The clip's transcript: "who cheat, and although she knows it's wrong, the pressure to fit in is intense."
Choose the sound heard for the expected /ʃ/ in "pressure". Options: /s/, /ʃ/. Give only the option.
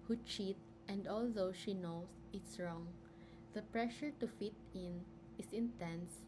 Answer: /ʃ/